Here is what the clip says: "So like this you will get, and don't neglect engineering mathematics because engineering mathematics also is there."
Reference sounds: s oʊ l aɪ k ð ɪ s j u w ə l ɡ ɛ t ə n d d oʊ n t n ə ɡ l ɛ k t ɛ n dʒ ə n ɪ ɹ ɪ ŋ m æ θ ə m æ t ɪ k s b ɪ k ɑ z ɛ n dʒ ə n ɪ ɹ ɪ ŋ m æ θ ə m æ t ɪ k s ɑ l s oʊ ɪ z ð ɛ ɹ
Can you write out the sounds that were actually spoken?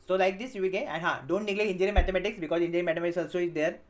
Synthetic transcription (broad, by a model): s oʊ l aɪ k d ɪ s j u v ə l ɡ ɛ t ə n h d oʊ n t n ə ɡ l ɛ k i n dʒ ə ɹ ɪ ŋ m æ t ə m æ t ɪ k s b ɪ k ɑ z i n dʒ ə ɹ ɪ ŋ m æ t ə m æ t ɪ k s ɑ l s oʊ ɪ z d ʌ ɹ